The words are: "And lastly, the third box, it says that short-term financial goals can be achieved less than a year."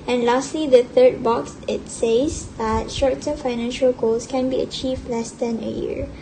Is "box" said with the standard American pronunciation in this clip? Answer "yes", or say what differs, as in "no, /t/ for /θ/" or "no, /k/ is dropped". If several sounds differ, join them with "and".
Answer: yes